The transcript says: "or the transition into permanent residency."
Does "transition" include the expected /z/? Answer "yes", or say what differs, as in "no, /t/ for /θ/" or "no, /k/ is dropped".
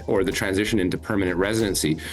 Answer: yes